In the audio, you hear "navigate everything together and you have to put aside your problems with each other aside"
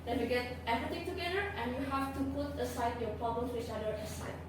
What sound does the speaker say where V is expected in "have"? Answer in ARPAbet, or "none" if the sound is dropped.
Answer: F